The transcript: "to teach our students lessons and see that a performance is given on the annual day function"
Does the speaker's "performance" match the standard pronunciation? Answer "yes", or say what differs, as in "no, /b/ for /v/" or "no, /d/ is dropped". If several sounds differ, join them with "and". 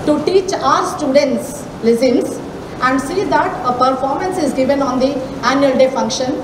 yes